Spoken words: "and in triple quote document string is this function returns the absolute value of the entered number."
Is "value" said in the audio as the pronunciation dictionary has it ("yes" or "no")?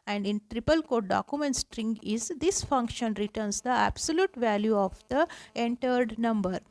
yes